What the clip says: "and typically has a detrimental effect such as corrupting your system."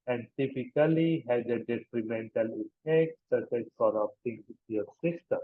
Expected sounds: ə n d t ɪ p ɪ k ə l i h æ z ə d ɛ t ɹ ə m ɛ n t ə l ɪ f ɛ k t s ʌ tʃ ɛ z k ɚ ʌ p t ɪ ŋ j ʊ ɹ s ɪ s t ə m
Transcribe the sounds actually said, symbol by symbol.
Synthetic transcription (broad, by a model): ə n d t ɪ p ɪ k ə l i h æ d ə d ɛ t ɹ ə m ɛ n t ə l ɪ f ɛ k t s ʌ tʃ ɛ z k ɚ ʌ p t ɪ ŋ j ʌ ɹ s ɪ s t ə m